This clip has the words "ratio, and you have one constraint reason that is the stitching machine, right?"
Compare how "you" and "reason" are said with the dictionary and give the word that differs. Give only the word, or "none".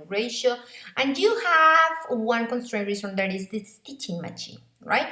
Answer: reason